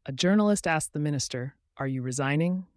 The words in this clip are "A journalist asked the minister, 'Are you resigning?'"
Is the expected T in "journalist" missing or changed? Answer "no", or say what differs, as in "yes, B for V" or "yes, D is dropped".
no